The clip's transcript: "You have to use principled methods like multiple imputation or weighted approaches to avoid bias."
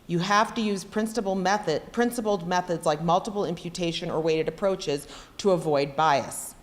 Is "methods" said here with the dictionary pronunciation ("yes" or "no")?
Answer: yes